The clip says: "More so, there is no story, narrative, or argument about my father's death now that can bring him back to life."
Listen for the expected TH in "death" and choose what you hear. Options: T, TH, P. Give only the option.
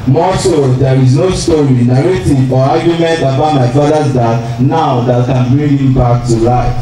T